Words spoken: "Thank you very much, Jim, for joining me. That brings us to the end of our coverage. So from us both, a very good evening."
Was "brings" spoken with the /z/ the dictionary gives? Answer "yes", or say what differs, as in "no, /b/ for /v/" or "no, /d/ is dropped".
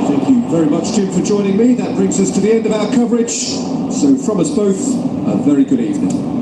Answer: yes